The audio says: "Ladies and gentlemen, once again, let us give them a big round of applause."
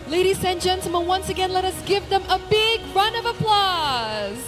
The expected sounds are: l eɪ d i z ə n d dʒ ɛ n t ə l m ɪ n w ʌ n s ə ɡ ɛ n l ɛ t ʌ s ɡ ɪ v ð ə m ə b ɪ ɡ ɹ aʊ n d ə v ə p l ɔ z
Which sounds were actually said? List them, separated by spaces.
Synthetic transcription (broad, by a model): l eɪ d i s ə n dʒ ɛ n t l m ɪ n w ʌ n s ə ɡ ɛ n l ɛ t ʌ s ɡ ɪ v ð ə m ə b ɪ ɡ ɹ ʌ n ə v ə p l ɔ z